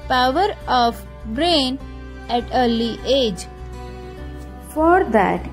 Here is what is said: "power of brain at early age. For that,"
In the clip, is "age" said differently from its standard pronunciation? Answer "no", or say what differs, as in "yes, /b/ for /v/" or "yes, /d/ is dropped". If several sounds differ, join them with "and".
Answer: no